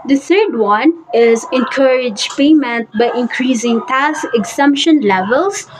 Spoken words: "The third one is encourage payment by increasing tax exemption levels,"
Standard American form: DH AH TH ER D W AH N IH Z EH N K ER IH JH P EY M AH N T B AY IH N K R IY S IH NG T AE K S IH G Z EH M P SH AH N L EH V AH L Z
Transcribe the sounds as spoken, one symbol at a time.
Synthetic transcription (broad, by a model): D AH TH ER D W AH N IH Z EH N K ER IH JH P EY M AH N T B AY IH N K R IY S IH NG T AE S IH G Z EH M P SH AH N L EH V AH L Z